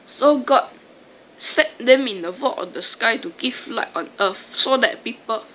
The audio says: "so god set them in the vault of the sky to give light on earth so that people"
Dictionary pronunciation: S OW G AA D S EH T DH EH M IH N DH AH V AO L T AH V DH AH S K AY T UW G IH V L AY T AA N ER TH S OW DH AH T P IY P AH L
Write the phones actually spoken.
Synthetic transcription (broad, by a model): S OW G AA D S EH T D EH M IH N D AH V AO T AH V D AH S K AY T UW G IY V L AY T AA N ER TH S OW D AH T P IY P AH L